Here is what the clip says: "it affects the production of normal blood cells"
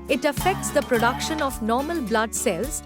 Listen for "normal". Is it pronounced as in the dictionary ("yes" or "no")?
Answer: yes